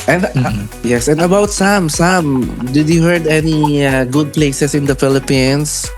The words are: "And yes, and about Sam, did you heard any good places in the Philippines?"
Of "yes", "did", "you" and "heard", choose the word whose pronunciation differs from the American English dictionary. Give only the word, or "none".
none